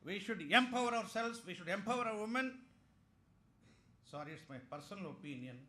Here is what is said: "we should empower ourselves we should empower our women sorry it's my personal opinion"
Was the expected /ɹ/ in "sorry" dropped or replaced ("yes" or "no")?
no